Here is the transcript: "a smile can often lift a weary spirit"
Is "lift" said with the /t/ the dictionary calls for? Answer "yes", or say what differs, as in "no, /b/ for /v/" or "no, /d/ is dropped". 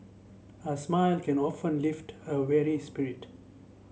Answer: yes